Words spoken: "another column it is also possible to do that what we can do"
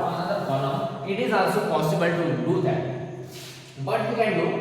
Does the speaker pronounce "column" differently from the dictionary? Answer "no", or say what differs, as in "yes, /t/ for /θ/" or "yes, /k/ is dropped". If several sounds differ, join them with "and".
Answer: yes, /m/ is dropped